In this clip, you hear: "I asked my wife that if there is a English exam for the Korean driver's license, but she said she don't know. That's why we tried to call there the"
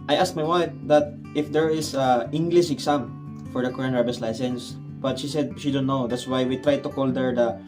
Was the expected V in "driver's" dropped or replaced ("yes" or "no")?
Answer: yes